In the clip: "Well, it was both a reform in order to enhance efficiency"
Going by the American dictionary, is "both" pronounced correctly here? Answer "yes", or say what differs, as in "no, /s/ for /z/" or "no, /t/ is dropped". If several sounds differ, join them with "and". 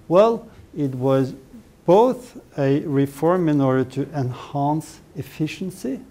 yes